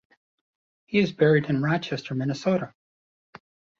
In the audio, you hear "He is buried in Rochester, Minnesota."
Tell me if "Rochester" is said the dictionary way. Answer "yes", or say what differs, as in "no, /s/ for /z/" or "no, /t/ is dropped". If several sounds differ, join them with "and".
yes